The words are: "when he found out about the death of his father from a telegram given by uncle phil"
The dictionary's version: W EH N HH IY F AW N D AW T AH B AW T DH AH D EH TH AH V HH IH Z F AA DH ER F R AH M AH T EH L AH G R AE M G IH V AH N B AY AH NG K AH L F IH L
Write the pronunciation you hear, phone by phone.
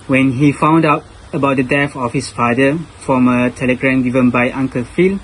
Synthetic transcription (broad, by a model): W EH N HH IY F AW N D AW T AH B AW T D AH D EH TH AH F HH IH S F AA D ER F R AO M AH T EH L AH G R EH M G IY V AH N B AY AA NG K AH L F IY L